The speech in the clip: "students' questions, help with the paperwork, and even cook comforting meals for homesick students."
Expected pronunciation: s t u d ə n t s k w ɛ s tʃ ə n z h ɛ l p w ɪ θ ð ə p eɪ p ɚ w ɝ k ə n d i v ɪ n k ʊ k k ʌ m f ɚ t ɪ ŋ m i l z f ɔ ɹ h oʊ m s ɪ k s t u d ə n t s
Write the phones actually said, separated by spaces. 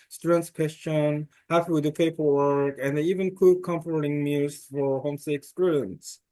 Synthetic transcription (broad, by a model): s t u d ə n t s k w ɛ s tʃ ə n h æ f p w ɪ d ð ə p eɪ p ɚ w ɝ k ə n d i v ɪ n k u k k ʌ m f ɚ t ɪ ŋ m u z f ɔ ɹ h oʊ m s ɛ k s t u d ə n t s